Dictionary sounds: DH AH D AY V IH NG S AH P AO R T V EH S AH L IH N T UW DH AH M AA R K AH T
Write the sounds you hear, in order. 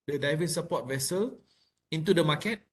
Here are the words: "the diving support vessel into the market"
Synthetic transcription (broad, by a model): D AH D AY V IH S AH P AO T V EH S AH L IH N T UW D AH M AA K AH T